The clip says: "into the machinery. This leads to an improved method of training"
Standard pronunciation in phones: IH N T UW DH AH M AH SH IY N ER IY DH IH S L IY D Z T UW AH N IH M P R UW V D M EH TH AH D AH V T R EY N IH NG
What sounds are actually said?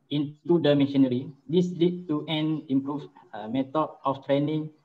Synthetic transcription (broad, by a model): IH N T UW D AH M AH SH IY N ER IY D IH S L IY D T UW AH N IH M P R UW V M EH T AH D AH F T R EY N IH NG